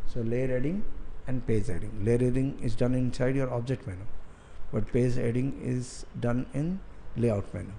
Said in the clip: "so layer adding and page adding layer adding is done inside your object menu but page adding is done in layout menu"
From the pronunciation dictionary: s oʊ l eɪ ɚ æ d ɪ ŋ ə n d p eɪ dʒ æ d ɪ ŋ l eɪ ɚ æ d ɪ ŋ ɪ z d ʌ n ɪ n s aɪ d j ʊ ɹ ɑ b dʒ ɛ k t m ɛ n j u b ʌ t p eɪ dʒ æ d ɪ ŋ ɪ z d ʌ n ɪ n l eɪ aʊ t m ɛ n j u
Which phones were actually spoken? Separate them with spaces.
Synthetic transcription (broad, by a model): s oʊ l eɪ ɚ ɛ d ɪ ŋ ə n d p eɪ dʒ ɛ d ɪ ŋ l eɪ ɚ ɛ d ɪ ŋ ɪ z d ʌ n ɪ n s aɪ d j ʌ ɹ ɑ b dʒ ɛ k t m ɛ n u b ʌ t p eɪ z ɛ d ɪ ŋ ɪ z d ʌ n ɪ n l eɪ aʊ t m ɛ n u